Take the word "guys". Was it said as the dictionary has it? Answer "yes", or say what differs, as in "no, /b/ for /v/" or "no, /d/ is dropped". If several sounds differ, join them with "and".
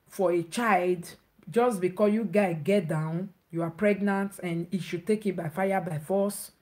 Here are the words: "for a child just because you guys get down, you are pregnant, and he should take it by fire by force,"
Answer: no, /z/ is dropped